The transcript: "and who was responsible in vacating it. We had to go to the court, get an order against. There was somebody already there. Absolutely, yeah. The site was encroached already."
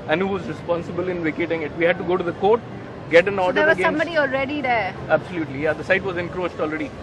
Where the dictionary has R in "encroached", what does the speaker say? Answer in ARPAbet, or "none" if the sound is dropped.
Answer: R